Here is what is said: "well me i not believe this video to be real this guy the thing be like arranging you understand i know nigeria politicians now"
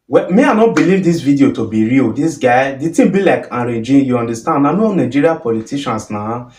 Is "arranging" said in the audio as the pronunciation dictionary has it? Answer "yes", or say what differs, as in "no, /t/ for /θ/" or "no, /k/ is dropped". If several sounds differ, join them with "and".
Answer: no, /n/ is dropped